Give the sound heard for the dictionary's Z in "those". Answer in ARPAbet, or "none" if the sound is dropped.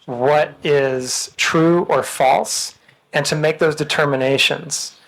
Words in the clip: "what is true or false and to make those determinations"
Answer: Z